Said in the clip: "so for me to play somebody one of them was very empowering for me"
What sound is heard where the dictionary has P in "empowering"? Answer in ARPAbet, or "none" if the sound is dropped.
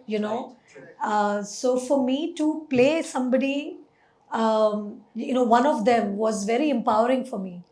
P